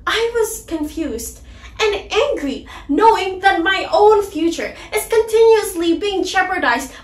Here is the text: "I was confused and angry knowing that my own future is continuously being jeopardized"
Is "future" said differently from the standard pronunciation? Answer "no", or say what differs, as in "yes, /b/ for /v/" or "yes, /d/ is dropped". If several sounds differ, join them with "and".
no